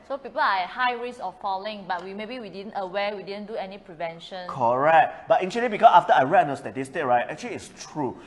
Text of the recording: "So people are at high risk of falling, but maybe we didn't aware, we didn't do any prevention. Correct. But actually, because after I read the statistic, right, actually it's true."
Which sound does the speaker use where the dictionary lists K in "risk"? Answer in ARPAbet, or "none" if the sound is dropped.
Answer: none